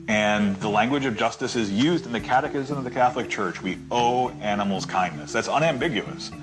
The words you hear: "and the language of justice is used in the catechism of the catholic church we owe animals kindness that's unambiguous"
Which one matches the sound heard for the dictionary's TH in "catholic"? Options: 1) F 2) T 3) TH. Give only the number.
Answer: 3